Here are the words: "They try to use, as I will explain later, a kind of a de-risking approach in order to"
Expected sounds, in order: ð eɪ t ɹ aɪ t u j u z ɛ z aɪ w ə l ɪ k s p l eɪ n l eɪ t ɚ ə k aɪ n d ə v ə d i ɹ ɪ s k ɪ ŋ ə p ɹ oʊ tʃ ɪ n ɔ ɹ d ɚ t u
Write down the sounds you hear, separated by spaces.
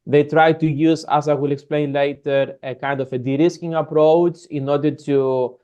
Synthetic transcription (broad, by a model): ð eɪ t ɹ aɪ t u j u z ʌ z aɪ w ə l ɪ k s p l eɪ n l eɪ t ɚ ə k aɪ n d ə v ə d i ɹ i s k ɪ ŋ ə p ɹ oʊ tʃ ɪ n ɔ ɹ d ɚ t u